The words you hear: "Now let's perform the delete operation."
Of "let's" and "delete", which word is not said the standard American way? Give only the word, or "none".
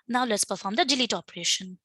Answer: none